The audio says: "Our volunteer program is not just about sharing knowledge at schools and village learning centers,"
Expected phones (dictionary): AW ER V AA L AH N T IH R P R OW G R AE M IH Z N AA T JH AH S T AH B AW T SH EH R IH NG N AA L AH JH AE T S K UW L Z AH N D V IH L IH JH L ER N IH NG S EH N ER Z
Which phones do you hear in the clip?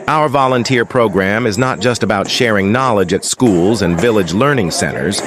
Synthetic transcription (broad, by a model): AW ER V AA L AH N T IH R P R OW G R AE M IH Z N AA T JH AH S T AH B AW T SH EH R IH NG N AA L AH JH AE T S K UW L Z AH N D V IH L IH JH L ER N IH NG S EH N ER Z